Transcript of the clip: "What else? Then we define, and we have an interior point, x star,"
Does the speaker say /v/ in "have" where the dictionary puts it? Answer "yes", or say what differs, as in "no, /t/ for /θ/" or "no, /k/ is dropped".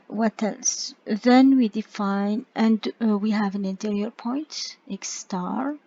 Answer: yes